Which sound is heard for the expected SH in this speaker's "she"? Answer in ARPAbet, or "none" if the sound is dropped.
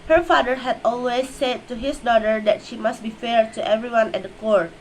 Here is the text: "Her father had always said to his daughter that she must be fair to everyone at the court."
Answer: SH